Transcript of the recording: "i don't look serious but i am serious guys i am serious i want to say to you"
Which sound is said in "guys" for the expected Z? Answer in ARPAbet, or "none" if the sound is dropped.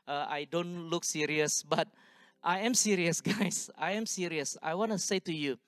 S